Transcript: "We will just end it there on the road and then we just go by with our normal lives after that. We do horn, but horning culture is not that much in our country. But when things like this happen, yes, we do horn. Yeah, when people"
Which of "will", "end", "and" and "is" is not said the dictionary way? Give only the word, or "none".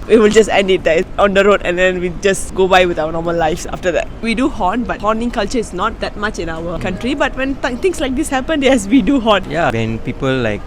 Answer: is